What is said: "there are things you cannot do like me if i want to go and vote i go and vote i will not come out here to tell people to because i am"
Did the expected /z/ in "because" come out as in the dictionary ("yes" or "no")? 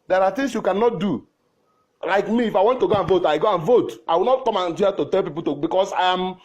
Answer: no